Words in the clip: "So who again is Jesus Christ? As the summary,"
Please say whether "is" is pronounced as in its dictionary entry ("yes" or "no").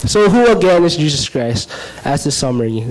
yes